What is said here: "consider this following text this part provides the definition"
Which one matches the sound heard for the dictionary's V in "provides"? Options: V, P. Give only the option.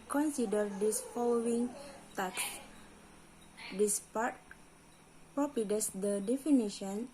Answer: P